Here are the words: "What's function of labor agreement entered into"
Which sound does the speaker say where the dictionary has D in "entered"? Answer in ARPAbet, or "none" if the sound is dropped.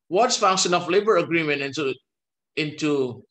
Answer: none